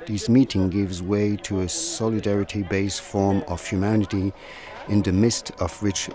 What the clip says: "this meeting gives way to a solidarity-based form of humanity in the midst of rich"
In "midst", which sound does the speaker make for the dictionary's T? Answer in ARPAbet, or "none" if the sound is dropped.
T